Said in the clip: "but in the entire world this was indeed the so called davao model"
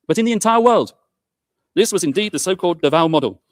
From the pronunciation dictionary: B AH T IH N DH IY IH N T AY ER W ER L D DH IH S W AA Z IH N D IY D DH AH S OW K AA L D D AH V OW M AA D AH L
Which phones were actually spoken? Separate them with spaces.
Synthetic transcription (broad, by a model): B AH T IH N DH IY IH N T AY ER W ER L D DH IH S W AA Z IH N D IY D DH AH S OW K AA L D D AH V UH M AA D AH L